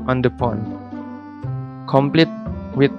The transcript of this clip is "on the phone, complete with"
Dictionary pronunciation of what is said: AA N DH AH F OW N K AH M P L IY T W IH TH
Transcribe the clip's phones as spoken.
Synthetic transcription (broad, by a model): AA N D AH P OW N K AH M P L IY T W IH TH